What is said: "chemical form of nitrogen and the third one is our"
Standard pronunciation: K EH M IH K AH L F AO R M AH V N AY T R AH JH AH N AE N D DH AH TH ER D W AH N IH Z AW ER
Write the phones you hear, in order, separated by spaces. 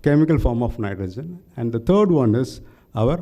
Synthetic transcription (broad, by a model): K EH M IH K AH L F AO R M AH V N AY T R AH JH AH N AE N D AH T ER D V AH N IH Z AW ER